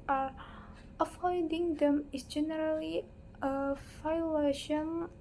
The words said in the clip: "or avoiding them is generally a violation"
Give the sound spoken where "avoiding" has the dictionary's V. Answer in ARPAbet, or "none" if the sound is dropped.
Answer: F